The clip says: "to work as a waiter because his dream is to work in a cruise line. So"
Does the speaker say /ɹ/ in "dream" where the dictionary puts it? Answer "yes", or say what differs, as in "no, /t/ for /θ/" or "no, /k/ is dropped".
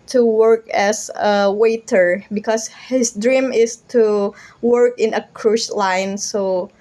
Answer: yes